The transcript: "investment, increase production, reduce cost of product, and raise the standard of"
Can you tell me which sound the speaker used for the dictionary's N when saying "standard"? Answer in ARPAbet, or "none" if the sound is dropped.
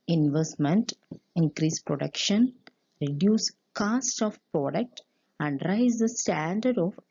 N